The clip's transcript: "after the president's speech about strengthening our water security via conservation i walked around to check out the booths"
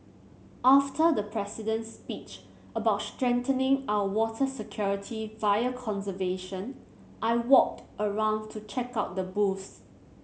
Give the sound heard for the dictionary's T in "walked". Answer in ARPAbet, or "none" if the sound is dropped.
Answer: T